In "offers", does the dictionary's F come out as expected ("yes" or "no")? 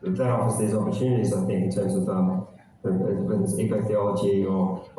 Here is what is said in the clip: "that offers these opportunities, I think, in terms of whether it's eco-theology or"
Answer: no